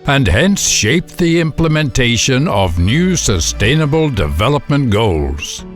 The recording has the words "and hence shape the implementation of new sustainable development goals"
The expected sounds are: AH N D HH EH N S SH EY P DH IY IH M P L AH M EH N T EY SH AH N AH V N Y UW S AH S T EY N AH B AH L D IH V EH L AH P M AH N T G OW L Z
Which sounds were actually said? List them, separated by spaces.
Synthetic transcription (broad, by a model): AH N HH EH N S SH EY P DH IY IH M P L AH M EH N T EY SH AH N AH V N Y UW S AH S T EY N AH B AH L D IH V EH L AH P M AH N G OW L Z